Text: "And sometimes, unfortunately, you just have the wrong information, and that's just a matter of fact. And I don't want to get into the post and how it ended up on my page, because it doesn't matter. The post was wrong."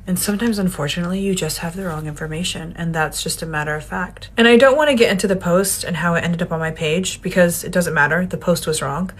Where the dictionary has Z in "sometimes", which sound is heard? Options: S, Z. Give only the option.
Z